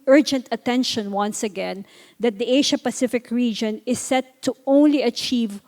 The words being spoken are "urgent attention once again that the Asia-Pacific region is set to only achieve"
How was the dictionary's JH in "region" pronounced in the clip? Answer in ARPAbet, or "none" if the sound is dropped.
JH